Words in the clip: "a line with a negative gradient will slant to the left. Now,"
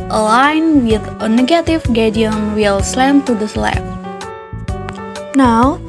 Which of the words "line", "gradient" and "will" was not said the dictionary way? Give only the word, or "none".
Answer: gradient